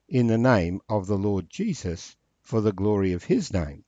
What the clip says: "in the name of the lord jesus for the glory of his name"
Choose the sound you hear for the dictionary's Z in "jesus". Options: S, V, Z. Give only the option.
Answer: Z